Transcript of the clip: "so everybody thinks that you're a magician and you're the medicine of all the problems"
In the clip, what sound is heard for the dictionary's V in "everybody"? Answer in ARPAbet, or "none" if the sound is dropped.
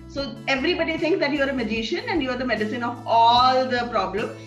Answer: V